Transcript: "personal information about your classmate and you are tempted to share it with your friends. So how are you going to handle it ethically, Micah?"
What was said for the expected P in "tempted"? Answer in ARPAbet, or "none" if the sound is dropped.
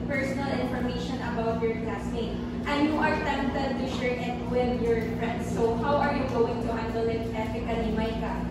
none